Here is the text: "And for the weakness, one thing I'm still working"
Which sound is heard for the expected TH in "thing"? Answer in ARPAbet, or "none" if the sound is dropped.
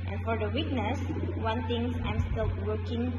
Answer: T